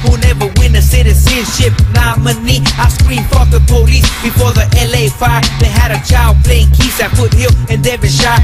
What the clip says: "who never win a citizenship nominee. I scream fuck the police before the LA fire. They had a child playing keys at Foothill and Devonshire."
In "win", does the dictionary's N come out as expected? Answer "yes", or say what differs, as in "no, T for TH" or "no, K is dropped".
yes